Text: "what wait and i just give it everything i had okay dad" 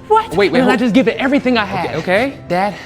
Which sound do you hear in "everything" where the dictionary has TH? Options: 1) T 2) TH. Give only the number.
2